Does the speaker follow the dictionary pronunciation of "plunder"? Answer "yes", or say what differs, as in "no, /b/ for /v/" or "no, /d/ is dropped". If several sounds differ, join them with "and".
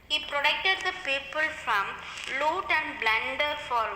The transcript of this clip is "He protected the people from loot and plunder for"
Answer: no, /b/ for /p/